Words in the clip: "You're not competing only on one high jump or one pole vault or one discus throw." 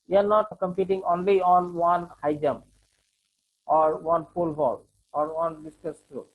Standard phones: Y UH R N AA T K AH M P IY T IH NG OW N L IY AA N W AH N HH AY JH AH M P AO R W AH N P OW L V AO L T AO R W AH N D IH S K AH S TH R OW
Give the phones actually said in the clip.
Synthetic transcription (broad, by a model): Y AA R N AA T K AH M P IY T IH NG OW N L IY AA N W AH N HH AY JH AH M AO R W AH N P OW L B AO L AO R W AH N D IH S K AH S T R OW